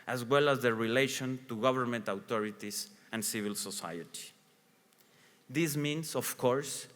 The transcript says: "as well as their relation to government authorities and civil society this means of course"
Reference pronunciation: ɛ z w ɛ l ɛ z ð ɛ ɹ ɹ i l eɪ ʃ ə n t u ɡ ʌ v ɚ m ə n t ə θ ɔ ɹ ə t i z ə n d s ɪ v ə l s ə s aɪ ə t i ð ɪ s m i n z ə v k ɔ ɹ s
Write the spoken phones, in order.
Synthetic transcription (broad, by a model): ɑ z w ɛ l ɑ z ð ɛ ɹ ɹ i l eɪ ʃ ə n t u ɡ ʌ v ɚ m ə n t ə t ɔ ɹ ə t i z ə n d s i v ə l s ə s aɪ ə t i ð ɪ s m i n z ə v k ɔ ɹ s